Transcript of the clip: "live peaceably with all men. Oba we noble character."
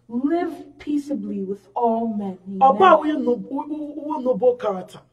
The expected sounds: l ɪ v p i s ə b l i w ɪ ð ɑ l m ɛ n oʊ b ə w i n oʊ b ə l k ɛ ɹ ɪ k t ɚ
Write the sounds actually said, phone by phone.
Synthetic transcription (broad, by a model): l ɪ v p i s ə b l i w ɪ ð ɑ l m ɛ n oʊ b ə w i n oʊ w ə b k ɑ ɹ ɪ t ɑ